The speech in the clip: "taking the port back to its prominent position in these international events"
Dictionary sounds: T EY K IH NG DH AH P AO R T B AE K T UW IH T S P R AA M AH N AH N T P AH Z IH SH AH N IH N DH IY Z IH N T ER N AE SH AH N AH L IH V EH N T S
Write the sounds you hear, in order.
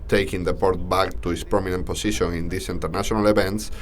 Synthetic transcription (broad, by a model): T EY K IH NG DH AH P AO R T B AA K T UW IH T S P R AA M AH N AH N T P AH S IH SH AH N IH N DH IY S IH N T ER N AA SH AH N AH L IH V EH N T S